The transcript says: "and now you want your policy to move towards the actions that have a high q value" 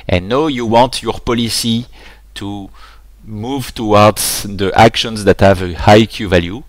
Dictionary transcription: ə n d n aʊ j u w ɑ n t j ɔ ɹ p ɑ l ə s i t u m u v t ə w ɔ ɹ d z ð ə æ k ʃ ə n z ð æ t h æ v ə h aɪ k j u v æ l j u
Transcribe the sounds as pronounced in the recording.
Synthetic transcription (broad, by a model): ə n n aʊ j u w ɑ t j ɔ ɹ p ɑ l ə s i t u m u v t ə w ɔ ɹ d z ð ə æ k ʃ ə n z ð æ t h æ v ə h aɪ k j u v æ l j u